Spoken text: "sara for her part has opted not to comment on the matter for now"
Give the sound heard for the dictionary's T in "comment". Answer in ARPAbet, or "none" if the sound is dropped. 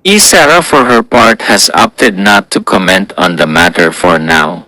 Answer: T